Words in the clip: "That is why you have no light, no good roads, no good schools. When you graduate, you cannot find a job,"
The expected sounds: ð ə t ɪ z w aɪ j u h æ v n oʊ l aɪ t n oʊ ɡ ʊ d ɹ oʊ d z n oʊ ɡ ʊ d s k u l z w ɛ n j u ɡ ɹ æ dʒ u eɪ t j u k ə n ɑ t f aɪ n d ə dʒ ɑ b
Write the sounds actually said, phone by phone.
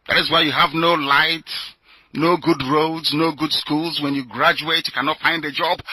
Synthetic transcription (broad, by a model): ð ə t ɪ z w aɪ j u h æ v n oʊ l aɪ t n oʊ ɡ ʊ d ɹ oʊ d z n oʊ ɡ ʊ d s k u l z w ɛ n j u ɡ ɹ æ dʒ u eɪ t j u k ə n ɑ t f aɪ n d ə dʒ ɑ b